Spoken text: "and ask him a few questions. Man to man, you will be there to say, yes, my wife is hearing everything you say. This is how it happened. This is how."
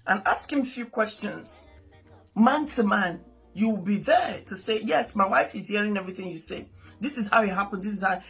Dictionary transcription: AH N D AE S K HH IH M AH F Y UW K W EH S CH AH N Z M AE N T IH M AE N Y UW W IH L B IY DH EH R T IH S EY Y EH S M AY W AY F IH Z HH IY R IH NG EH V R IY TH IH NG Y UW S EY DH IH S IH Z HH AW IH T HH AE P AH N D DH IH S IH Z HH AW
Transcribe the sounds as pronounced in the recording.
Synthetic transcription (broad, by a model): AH N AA S K HH IH M AH F Y UW K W EH S CH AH N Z M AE N T IH M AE N Y UW W IH L B IY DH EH R T IH S EY Y EH S M AY W AY F IH Z HH IY R IH NG EH V R IY TH IH NG Y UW S EY DH IH S IH Z HH AW IH T HH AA P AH N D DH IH S IH Z HH AW